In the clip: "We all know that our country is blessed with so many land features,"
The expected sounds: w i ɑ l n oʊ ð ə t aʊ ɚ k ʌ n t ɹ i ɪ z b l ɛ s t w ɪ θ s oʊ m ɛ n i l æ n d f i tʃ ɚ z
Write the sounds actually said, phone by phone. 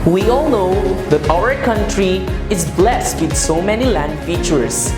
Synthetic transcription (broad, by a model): w i ɑ l n oʊ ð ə t aʊ ɚ k ʌ n t ɹ i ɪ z b l ɛ s t w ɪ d s oʊ m ɛ n i l æ n d f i tʃ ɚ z